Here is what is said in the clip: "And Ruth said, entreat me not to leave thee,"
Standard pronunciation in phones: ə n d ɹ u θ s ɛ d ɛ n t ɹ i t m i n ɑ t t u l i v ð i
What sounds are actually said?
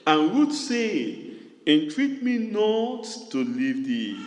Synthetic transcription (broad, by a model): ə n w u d s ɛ ɛ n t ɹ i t m i n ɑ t t u l i v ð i